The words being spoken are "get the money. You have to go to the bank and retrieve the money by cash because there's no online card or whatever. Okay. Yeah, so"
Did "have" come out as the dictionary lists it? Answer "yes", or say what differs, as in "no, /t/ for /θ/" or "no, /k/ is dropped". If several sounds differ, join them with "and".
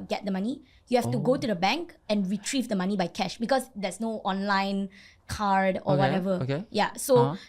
no, /f/ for /v/